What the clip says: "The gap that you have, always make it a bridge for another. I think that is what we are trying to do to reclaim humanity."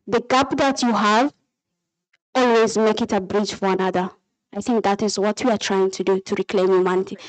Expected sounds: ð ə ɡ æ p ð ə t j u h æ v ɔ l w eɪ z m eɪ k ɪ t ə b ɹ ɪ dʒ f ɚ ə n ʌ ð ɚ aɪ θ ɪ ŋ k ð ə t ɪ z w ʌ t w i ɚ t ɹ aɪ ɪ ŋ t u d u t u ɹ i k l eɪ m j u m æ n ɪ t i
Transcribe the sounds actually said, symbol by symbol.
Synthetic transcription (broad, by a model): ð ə ɡ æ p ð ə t j u h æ v ɔ l w eɪ z m eɪ k ɪ t ə b ɹ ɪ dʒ f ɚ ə n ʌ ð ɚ aɪ θ ɪ ŋ k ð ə t ɪ z w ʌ t w i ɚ t ɹ aɪ ɪ ŋ t u d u t u ɹ i k l eɪ m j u m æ n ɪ t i